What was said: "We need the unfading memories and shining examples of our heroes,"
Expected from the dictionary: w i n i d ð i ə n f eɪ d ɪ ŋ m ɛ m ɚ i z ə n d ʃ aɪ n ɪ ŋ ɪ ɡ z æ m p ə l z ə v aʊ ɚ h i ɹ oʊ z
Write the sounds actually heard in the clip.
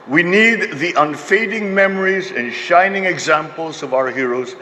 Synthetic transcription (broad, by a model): w i n i d ð i ə n f eɪ d ɪ ŋ m ɛ m ɚ i z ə n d ʃ aɪ n ɪ ŋ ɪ ɡ z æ m p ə l z ə v aʊ ɚ h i ɹ oʊ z